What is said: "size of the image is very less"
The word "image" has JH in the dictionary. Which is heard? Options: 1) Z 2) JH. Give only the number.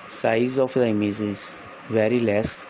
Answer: 1